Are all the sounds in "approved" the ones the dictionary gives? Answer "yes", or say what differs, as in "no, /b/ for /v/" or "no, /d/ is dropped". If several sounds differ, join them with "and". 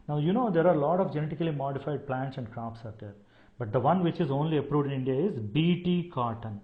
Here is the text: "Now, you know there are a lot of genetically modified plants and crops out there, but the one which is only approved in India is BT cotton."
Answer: yes